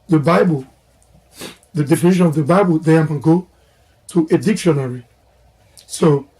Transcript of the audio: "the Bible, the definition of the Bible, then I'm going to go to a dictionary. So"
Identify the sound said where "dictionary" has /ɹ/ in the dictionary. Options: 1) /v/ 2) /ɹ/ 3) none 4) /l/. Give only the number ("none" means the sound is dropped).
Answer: 2